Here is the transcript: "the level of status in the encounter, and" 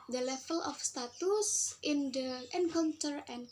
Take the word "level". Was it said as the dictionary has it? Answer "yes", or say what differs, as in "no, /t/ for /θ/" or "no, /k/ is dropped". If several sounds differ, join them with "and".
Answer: no, /f/ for /v/